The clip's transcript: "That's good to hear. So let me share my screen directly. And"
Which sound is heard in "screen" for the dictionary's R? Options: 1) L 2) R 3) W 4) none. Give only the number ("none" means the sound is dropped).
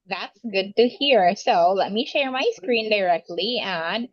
2